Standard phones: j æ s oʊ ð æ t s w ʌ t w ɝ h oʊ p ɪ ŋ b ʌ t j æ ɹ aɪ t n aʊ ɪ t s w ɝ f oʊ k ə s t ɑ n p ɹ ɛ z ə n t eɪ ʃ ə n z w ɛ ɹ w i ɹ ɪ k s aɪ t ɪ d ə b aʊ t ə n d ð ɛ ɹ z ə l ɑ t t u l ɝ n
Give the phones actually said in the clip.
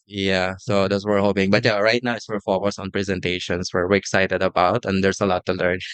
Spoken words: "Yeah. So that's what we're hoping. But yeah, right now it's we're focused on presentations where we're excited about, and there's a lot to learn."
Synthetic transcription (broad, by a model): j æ s oʊ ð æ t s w w ɝ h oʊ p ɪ ŋ b ʌ t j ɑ ɹ aɪ t n aʊ ɪ t s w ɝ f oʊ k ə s ɑ n p ɹ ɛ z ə n t eɪ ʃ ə n s w ɛ ɹ w i ɹ ɪ k s aɪ t ɪ d ə b aʊ t ə n d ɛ ɹ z ə l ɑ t t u l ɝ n